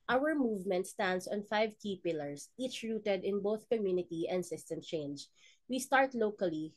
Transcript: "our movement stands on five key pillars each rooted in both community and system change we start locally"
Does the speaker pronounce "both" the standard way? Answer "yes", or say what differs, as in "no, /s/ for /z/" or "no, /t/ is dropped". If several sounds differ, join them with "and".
yes